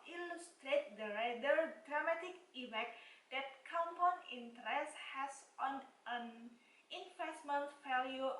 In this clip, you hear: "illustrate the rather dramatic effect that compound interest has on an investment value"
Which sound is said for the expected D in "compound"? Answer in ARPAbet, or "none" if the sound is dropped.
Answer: none